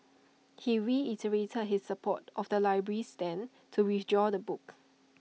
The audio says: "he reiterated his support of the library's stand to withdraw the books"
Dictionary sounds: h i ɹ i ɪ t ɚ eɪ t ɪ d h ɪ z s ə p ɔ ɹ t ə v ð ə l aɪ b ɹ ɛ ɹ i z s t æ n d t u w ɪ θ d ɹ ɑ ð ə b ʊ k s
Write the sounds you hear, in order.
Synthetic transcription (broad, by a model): h i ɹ i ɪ t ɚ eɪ t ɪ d h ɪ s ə p ɔ t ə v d ə l aɪ b ɹ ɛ ɹ i s t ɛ n t u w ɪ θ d ɹ ɑ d ə b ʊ k